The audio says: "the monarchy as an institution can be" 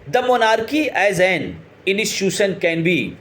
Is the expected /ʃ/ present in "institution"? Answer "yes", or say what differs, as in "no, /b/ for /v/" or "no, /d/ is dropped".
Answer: no, /s/ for /ʃ/